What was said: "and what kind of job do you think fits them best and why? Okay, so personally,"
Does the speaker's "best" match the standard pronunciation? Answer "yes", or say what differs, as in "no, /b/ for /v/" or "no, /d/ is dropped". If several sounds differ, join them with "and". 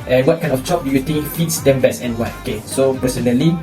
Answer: no, /t/ is dropped